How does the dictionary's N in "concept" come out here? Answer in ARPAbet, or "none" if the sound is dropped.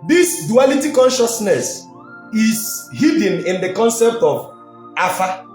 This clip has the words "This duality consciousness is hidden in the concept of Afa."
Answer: N